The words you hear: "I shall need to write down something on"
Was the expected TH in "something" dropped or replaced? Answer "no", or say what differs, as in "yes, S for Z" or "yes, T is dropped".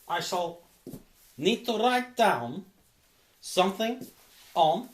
no